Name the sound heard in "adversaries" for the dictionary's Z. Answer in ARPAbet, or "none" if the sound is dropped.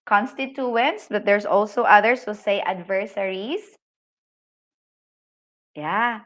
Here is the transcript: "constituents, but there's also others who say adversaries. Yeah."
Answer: S